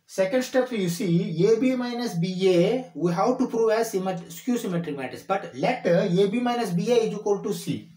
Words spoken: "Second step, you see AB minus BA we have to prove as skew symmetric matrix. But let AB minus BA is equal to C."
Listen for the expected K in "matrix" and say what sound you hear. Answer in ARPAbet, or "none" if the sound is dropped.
none